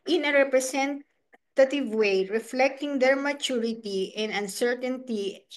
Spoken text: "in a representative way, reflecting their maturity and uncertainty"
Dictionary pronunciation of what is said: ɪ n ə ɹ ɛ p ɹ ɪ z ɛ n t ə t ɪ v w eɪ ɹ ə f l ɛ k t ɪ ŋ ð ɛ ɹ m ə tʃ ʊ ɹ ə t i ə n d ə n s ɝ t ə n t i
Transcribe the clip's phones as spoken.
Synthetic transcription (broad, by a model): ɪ n ə ɹ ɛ p ɹ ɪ s ɛ n t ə t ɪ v w eɪ ɹ ə f l ɛ k t ɪ ŋ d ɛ ɹ m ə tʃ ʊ ɹ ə t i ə n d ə n s ɝ t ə n t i